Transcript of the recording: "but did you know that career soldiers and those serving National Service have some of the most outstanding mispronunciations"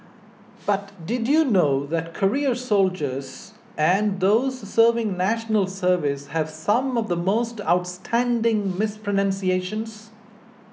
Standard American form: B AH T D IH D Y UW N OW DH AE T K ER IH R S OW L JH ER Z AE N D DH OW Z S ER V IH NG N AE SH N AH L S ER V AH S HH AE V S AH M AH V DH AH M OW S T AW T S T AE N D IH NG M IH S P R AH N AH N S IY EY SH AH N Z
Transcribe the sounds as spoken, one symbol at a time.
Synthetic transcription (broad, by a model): B AH T D IH D Y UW N OW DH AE T K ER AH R S OW L JH ER Z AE N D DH OW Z S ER V IH NG N AE SH N AH L S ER V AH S HH AE V S AH M AH V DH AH M OW S T AW T S T AE N D IH NG M IH S P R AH N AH N S IY EY SH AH N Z